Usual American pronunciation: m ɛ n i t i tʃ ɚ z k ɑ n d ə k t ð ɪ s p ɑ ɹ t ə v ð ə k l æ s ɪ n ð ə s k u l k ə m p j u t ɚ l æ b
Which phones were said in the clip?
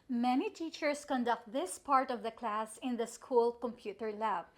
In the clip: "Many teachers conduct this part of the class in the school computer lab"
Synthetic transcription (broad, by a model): m ɛ n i t i tʃ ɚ s k ɑ n d ə k t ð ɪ s p ɑ ɹ t ə v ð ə k l æ s ɪ n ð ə s k u l k ə m p j u t ɚ l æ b